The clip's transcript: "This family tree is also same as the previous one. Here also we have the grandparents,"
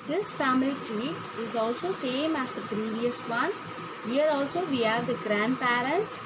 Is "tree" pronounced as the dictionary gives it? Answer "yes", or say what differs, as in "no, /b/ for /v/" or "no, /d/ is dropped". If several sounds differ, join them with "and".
no, /ɹ/ is dropped